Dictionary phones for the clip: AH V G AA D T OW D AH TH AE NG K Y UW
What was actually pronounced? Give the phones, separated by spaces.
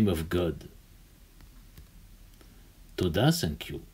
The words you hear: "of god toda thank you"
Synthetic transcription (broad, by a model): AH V G AA D T OW D AH S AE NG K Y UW